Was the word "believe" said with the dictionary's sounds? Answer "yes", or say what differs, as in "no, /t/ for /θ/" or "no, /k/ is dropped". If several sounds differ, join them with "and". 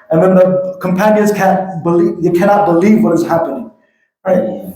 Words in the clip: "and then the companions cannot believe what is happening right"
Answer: yes